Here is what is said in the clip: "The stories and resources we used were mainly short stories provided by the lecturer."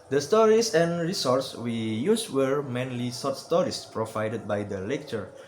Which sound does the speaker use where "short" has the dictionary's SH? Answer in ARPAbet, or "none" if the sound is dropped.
S